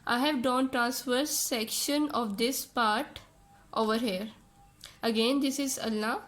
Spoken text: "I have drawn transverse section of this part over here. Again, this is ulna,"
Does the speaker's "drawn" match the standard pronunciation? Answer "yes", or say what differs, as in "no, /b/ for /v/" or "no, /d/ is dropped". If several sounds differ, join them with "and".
no, /ɹ/ is dropped